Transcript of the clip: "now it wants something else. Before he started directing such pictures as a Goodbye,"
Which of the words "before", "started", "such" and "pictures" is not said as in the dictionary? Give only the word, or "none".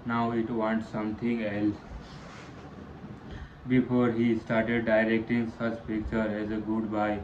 pictures